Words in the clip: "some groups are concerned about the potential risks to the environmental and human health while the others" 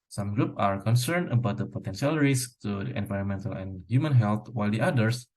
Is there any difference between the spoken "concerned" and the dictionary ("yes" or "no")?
no